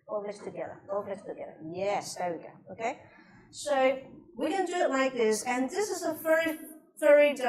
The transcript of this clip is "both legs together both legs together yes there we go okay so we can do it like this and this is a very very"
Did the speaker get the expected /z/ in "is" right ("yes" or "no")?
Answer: yes